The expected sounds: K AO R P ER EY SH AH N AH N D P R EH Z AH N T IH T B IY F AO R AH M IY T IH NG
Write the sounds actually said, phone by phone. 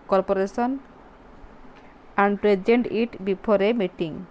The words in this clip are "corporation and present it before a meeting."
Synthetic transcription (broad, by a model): K AO R P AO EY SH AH N AH N D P R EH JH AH N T IH T B IY P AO R AH M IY T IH NG